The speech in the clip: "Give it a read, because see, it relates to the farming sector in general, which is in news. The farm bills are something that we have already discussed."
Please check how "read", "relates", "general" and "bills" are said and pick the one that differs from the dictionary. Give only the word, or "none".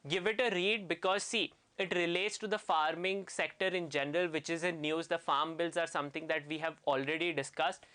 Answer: none